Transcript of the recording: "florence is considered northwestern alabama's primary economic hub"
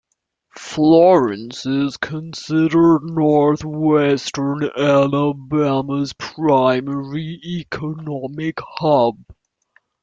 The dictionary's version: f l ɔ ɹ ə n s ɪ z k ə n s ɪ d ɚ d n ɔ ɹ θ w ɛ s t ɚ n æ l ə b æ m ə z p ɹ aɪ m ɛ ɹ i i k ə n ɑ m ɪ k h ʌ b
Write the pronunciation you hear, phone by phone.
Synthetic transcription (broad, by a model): f l ɔ ɹ ə n s ɪ z k ə n s ɪ d ɚ d n ɔ ɹ θ w ɛ s t ɚ n æ l ə b æ m ə z p ɹ aɪ m ɛ ɹ i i k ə n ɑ m ɪ k h ʌ b